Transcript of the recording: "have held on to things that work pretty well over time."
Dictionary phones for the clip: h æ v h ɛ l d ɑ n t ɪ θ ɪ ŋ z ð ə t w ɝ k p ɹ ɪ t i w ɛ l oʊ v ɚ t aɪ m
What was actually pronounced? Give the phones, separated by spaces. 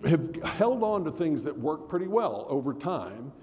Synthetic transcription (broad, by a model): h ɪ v h ɛ l d n t ɪ θ ɪ ŋ z ð ə t w ɝ k p ɹ ɪ t i w ɛ l oʊ v ɚ t aɪ m